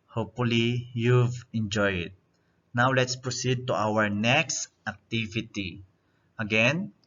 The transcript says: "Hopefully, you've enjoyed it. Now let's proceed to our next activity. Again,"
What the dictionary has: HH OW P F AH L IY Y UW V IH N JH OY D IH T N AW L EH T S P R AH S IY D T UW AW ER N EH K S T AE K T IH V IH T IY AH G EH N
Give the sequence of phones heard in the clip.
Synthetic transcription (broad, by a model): HH OW P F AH L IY Y UW V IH N JH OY IH T N AW L EH T S P R AH S IY D T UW AW ER N EH K S T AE K T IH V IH T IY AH G EH N